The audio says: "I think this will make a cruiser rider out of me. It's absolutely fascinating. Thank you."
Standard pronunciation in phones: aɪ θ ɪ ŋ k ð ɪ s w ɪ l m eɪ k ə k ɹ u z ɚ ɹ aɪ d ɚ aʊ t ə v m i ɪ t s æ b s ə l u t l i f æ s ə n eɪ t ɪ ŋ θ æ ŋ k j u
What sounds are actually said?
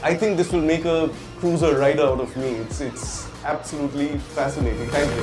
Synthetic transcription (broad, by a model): aɪ t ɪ ŋ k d ɪ s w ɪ l m eɪ k ə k ɹ u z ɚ ɹ aɪ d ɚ aʊ t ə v m i ɪ t s æ b s ə l u t l i f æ s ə n eɪ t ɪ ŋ t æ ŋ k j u